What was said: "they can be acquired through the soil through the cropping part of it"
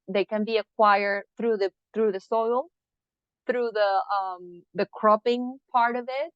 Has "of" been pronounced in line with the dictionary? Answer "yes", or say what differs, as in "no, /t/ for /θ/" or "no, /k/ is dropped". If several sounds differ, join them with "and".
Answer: yes